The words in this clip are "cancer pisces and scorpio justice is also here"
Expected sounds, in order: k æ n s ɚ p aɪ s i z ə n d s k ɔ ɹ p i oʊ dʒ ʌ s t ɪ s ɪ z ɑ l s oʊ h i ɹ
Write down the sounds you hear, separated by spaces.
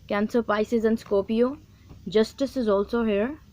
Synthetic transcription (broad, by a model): k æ n s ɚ p aɪ s i z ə n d s k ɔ p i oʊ dʒ ʌ s t ɪ s ɪ z ɑ l s oʊ h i ɹ